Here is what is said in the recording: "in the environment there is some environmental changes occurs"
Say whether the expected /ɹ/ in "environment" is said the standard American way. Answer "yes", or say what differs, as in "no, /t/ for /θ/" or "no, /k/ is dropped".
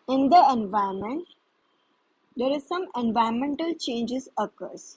no, /ɹ/ is dropped